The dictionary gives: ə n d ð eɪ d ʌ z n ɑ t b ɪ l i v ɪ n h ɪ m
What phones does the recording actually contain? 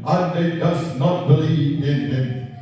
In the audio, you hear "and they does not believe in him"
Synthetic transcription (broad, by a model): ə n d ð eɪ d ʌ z n ɑ t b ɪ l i ɪ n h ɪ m